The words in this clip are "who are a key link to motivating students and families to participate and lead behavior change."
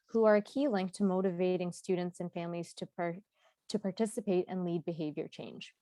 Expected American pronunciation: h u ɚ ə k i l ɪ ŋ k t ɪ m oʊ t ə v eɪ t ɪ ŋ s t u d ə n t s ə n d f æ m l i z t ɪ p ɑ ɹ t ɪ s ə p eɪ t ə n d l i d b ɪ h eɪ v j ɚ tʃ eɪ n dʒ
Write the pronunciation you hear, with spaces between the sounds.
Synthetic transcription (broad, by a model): h u ɚ ə k i l ɪ ŋ k t ɪ m oʊ t ə v eɪ t ɪ ŋ s t u d n t s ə n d f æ m l i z t ɪ p ɑ ɹ t ɪ s ə p eɪ t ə n l i d b ɪ h eɪ v j ɚ tʃ eɪ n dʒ